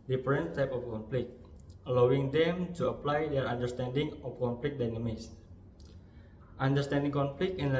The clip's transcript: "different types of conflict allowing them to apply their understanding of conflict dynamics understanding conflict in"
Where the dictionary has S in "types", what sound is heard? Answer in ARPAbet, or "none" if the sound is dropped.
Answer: none